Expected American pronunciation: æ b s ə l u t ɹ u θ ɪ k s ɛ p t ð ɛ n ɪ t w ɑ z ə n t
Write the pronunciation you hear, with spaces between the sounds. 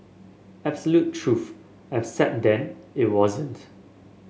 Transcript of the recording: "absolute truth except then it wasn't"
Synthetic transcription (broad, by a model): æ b s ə l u t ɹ u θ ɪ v s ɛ t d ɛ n ɪ t w ɑ z ə n t